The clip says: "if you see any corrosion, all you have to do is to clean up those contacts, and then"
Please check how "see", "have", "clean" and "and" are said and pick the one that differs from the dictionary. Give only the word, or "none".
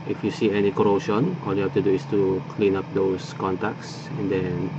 have